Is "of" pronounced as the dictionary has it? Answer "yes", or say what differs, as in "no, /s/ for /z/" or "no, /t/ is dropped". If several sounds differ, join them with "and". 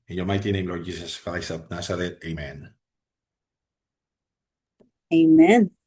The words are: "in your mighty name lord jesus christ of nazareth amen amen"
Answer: no, /p/ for /v/